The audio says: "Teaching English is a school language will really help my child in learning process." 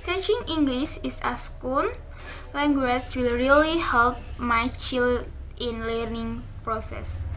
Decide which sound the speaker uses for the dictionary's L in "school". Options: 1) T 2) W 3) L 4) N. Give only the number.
4